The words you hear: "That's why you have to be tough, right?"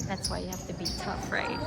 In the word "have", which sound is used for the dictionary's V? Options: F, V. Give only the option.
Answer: F